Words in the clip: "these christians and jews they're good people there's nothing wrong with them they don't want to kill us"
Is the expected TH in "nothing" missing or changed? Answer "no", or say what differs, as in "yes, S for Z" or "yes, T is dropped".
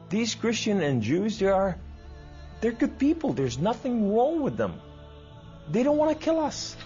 no